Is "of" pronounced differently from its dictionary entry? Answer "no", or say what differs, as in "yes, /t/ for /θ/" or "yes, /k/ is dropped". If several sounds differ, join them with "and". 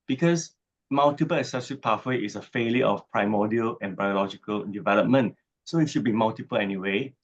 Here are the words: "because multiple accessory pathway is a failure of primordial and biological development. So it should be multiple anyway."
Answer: yes, /f/ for /v/